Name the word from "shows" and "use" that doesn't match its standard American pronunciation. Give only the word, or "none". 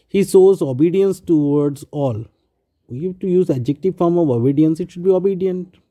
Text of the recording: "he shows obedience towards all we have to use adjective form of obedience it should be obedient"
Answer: shows